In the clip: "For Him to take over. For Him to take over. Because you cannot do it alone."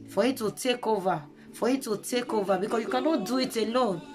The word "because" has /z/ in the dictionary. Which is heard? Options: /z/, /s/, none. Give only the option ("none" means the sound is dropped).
none